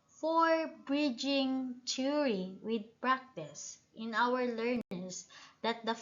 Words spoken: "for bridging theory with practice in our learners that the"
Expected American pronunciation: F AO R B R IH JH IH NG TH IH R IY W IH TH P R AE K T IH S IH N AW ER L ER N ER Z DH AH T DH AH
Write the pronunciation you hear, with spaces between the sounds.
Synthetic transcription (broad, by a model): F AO R B R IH JH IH NG T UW R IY W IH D P R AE K T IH S IH N AW ER L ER N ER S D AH T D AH